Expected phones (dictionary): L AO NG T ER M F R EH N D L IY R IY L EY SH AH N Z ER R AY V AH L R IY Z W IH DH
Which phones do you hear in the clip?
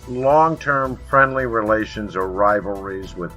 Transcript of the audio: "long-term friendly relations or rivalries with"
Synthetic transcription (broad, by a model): L AO NG T ER M F R EH N D L IY R IY L EY SH AH N Z ER R AY V L R IY Z W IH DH